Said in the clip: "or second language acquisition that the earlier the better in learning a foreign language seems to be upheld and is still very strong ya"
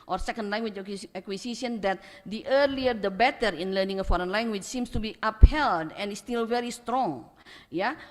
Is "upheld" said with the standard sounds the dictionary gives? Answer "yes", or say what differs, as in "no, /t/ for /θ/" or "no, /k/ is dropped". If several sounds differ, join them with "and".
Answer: yes